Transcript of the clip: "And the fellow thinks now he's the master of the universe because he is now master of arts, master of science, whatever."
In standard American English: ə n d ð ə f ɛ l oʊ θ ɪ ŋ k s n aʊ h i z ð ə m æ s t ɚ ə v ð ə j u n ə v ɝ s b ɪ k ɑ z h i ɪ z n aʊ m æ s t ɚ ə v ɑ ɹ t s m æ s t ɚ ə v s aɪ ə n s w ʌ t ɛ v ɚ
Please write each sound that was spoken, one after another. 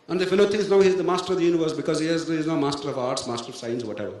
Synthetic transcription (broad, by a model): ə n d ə f ɛ l oʊ t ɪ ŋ s n aʊ h i z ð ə m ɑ s t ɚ ə v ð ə j u n ə v ɝ s b ɪ k ɑ z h i ɪ z n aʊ m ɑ s t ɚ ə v ɑ ɹ t s m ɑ s t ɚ ə v s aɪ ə n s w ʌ t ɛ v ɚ